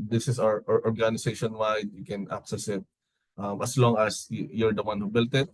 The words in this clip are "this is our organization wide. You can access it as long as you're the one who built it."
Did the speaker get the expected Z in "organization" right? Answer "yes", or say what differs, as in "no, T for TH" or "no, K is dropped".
no, S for Z